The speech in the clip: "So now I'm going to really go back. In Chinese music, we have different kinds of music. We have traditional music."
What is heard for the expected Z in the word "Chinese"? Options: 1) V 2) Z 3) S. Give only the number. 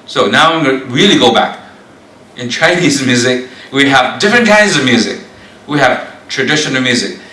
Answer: 2